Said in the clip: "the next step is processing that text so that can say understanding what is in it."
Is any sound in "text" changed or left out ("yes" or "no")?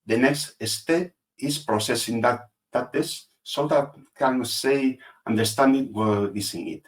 yes